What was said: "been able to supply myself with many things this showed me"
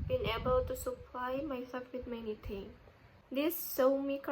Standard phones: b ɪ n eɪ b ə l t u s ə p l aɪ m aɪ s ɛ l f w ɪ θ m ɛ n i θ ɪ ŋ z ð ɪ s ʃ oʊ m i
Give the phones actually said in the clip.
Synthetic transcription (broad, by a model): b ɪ n eɪ b ə l t u s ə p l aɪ m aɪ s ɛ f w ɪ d m ɛ n i t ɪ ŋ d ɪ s s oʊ m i